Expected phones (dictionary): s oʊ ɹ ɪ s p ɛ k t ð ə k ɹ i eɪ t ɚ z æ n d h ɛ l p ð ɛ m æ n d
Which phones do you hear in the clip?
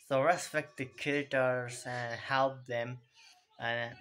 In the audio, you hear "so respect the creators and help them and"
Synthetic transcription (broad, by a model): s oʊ ɹ ɪ s p ɛ k t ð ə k i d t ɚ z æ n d h ɛ l p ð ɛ m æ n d